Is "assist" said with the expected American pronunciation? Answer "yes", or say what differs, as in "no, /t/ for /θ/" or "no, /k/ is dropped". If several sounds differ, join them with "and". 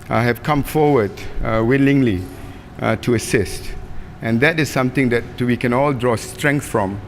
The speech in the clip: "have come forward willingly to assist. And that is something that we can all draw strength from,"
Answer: yes